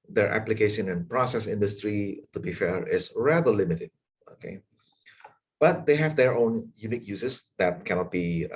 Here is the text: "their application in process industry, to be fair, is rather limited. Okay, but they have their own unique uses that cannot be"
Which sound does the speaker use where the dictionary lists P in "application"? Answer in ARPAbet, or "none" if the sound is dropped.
P